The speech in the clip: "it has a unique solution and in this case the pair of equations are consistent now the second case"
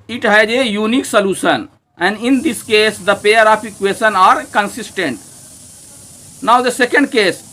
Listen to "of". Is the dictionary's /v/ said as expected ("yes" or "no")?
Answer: no